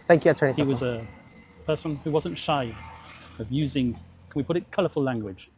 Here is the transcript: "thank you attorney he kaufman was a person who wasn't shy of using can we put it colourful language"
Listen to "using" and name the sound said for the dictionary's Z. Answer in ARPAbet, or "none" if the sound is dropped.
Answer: Z